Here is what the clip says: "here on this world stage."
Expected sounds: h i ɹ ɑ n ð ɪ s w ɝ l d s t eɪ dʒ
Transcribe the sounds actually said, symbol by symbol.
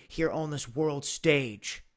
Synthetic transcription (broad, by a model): h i ɹ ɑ n ð ɪ s w ɝ l d s t eɪ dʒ